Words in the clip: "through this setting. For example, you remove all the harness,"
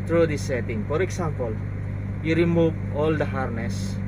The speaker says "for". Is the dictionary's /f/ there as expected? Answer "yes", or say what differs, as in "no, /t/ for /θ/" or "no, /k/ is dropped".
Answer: yes